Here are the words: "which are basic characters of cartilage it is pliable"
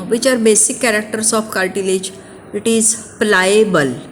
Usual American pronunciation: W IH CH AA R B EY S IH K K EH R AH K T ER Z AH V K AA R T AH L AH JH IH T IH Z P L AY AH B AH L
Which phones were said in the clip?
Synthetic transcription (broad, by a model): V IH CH AA R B EY S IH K K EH R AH K T ER S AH F K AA L T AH L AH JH IH T IH Z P L AY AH B AH L